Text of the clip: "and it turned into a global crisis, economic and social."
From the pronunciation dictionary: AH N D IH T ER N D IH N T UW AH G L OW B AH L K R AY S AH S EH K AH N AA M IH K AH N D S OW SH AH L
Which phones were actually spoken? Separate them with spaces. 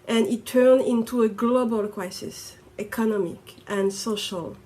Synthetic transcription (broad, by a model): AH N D IH T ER N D IH N T UW AH G L OW B AH L K R AY S AH S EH K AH N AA M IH K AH N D S OW SH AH L